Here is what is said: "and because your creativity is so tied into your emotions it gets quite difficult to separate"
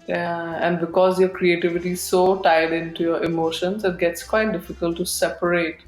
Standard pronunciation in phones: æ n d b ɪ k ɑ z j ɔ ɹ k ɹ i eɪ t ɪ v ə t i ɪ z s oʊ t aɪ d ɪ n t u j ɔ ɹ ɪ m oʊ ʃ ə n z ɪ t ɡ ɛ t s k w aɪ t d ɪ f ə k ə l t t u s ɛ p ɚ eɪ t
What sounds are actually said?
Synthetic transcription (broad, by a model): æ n d b ɪ k ɑ z j ɔ ɹ k ɹ i eɪ t ɪ v ə t i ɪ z s oʊ t aɪ d ɪ n t u j ɔ ɹ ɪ m oʊ ʃ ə n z ɪ t ɡ ɛ t s k w aɪ t d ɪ f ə k ə l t t u s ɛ p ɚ eɪ t